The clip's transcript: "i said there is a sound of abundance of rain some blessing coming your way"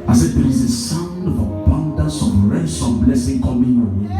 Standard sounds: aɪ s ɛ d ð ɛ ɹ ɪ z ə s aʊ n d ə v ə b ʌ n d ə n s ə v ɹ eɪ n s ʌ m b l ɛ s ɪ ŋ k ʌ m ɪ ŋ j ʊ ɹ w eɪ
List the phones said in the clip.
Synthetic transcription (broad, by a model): aɪ s ɛ d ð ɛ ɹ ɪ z ə s aʊ n d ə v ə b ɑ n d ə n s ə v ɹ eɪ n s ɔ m b l ɛ s ɪ ŋ k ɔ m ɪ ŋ